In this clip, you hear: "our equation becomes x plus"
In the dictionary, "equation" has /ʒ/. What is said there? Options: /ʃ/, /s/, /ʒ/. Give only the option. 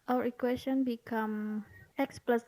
/s/